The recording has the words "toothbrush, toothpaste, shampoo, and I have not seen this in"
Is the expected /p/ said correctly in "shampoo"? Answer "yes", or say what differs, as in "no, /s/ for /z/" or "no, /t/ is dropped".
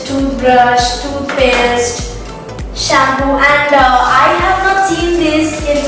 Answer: no, /b/ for /p/